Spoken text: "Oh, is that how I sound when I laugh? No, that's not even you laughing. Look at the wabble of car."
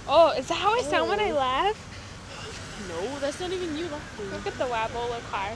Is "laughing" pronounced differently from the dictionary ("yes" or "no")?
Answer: yes